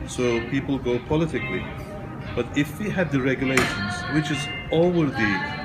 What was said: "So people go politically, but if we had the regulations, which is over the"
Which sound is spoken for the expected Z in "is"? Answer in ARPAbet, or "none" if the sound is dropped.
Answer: Z